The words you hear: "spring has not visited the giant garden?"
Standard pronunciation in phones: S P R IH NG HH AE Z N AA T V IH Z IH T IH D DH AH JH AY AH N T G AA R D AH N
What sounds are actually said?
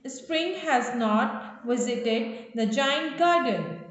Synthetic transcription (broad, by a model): S P R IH NG HH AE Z N AA T V IH Z IH T IH D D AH JH AY AH N T G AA R D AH N